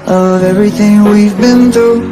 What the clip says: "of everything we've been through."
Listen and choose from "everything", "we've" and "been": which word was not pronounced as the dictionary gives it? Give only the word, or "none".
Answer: none